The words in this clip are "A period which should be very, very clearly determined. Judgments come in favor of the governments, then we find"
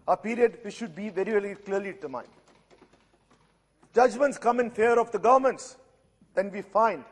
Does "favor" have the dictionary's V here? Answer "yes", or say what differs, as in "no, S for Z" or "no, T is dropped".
no, V is dropped